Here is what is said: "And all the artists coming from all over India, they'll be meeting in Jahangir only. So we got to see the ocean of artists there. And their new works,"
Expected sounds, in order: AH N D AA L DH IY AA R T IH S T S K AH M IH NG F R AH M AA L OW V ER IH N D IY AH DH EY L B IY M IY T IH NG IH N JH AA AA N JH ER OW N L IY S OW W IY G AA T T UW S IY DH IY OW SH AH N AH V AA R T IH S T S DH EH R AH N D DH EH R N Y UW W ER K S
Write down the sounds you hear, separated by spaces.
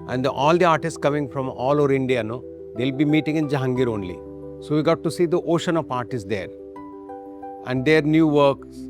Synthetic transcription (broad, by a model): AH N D AA L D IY AA R T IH S T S K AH M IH NG F R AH M AA L OW V ER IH N D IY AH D EY L B IY M IY T IH NG IH N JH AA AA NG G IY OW N L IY S OW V IY G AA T T UW S IY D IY OW SH AH N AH P AA R T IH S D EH R AH N D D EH R N Y UW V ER K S